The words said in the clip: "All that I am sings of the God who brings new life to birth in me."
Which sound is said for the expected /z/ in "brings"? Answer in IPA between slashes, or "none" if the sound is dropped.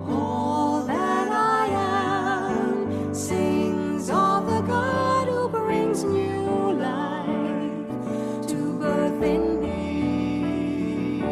/z/